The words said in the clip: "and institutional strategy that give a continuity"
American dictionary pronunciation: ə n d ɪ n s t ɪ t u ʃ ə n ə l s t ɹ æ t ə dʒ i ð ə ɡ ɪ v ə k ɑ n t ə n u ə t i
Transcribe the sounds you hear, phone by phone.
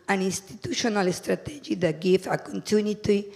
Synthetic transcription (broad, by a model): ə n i n s t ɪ t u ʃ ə n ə l s t ɹ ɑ t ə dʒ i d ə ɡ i f ə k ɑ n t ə n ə t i